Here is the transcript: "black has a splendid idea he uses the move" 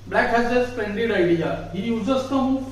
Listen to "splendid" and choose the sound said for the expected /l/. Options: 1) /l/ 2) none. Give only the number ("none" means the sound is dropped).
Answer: 2